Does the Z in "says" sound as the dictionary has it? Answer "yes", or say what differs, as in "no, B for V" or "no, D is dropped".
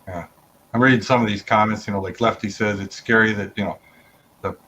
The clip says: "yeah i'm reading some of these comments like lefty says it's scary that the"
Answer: yes